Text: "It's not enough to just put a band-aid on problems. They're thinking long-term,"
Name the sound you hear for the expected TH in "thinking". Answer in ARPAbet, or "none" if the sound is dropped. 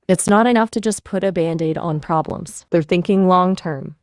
TH